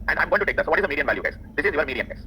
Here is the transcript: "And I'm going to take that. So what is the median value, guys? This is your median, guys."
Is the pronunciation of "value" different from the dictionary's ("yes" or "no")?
no